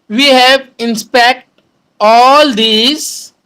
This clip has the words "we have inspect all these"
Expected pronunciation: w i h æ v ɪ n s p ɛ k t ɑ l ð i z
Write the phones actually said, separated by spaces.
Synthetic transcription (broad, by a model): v i h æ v ɪ n s p ɛ k t ɑ l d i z